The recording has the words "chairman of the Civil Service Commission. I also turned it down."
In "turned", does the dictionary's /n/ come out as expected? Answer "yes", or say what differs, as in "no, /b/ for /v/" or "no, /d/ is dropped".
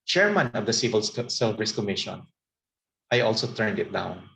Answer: yes